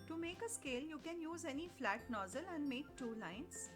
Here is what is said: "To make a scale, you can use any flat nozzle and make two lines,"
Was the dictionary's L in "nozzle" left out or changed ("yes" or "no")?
no